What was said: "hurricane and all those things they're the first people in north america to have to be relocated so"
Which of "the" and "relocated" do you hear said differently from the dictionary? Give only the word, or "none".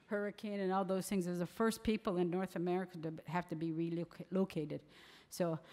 none